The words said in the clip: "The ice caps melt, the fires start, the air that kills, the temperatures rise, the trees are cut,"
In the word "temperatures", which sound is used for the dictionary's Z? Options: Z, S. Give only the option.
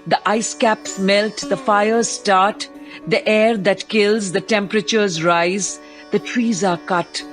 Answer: Z